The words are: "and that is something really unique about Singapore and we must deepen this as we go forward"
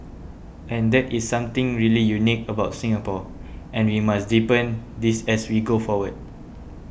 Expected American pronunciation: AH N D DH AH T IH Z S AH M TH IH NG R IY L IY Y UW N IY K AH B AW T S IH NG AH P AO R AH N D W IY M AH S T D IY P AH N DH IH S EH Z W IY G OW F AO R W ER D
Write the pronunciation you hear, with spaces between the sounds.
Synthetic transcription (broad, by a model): AH N D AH T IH S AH M T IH NG R IY L IY Y UW N IY K AH B AW T S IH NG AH P AO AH N W IY M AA S D IY P AH N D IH S EH S W IY G OW F AO W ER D